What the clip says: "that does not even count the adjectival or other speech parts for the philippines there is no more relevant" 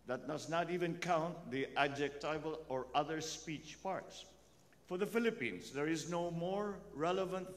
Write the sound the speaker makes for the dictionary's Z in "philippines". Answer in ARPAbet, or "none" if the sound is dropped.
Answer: S